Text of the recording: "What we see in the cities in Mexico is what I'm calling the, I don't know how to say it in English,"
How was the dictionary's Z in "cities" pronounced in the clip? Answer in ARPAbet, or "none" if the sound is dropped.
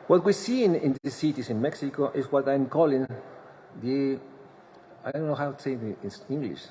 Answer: S